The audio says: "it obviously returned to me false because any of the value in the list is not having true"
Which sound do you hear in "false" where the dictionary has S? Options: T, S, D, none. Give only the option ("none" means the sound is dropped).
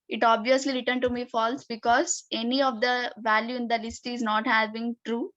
S